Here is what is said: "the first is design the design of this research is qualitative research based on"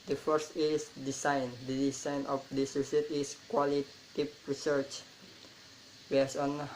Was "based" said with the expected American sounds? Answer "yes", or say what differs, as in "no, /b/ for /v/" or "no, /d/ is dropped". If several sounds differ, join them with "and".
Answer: no, /t/ is dropped